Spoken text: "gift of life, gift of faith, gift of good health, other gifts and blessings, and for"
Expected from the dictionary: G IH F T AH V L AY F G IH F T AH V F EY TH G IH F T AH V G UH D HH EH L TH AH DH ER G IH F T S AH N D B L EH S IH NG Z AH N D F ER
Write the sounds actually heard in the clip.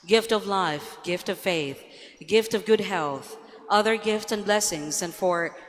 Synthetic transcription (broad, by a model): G IH F T AH V L AY F G IH F T AH V F EY TH G IH F T AH V G UH D HH EH L TH AH DH ER G IH F T S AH N B L EH S IH NG Z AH N F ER